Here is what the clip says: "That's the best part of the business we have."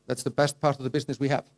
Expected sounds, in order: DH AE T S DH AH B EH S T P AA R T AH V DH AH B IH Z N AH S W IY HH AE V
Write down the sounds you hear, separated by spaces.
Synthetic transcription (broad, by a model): DH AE T S DH AH B EH S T P AA R T AH V DH AH B IH Z N AH S W IY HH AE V